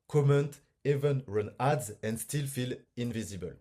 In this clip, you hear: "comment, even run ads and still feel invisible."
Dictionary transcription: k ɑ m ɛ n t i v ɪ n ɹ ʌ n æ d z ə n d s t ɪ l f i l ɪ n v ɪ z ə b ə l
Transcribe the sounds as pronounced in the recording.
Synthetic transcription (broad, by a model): k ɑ m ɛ n t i v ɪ n ɹ ʌ n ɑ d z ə n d s t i l f i l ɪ n v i z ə b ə l